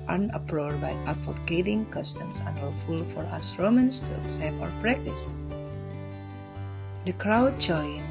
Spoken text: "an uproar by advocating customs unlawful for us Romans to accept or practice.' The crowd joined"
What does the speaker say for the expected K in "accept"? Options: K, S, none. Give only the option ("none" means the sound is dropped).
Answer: K